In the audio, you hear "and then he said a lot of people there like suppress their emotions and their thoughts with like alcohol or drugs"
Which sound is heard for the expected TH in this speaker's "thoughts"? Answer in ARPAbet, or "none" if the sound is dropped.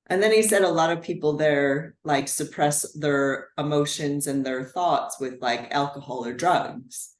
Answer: TH